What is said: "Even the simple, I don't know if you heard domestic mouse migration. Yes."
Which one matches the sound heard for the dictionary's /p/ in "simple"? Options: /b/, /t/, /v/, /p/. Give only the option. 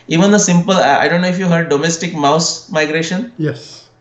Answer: /p/